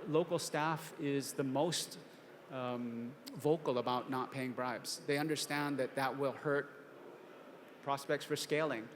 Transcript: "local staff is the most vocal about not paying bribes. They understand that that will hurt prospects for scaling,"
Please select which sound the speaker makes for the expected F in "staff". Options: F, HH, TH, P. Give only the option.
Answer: F